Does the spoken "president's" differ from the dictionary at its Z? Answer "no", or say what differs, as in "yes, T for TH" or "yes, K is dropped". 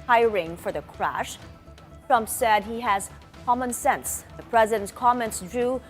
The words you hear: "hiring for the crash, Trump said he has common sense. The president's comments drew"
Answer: no